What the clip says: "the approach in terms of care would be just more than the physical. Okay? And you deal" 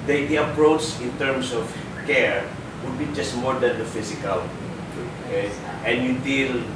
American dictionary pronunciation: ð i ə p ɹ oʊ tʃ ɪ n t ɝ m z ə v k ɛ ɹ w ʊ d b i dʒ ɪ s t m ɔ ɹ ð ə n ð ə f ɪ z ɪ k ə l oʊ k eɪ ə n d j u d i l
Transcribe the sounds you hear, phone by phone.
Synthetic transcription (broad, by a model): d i ə p ɹ oʊ tʃ ɪ n t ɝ m s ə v k ɛ ɹ w ʊ d b i dʒ ɪ s t m ɔ ɹ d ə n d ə f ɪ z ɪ k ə l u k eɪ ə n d j u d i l